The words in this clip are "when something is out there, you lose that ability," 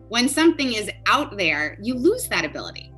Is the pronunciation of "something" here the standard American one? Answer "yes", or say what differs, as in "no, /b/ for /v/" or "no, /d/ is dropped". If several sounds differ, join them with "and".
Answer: yes